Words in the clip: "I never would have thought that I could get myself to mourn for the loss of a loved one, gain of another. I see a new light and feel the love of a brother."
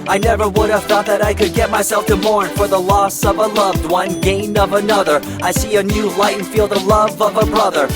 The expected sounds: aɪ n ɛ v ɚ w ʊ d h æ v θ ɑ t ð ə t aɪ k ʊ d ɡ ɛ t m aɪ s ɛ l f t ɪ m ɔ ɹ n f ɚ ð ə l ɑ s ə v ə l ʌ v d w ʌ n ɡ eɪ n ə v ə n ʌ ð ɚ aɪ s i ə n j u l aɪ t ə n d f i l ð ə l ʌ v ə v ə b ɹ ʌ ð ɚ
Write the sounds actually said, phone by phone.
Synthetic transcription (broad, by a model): aɪ n ɛ v ɚ w ʊ d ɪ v θ ɑ t ð ə t aɪ k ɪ d ɡ ɛ t m aɪ s ɛ l f t ɪ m ɔ ɹ n f ɚ ð ə l ɑ s ə v ə l ʌ v d w ʌ n ɡ eɪ n ə v ə n ʌ ð ɚ aɪ s i ə n j u l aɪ ə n f i l ð ə l ʌ v ə v ə b ɹ ʌ ð ɚ